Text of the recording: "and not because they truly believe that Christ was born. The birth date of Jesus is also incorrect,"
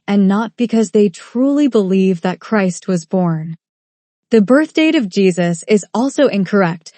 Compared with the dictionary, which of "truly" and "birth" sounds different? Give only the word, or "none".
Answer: none